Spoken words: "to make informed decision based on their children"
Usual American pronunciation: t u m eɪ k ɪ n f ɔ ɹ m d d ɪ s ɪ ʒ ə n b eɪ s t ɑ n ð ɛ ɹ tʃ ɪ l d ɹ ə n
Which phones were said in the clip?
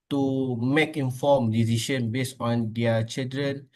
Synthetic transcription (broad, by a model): t u m eɪ k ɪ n f ɔ m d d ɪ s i ʃ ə n b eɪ s ɑ n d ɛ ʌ tʃ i l d ɹ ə n